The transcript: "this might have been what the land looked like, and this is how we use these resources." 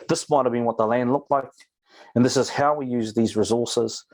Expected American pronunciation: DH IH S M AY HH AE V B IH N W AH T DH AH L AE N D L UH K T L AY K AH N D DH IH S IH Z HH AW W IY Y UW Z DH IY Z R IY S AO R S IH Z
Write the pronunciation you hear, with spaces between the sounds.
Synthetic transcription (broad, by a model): DH IH S M AY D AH V B IH N W AH T DH AH L AE N D L UH K T L AY K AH N DH IH S IH Z HH AW W IY Y UW Z DH IY Z R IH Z AO R S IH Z